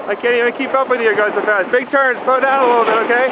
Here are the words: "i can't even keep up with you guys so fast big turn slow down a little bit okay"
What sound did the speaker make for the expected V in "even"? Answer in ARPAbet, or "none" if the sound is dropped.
none